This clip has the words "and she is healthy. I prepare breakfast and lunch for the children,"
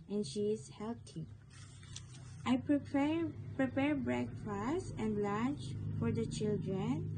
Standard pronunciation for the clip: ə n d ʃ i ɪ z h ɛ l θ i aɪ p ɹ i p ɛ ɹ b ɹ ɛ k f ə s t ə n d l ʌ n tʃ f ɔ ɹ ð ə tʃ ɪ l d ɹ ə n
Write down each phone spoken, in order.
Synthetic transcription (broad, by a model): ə n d ʃ i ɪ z h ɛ l t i aɪ p ɹ i p ɛ ɹ b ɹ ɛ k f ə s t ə n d l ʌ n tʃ f ɔ ɹ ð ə tʃ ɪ l d ɹ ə n